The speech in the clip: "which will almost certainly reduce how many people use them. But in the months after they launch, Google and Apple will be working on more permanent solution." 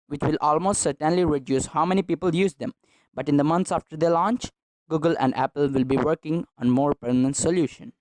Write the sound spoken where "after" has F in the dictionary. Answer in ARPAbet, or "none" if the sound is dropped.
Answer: F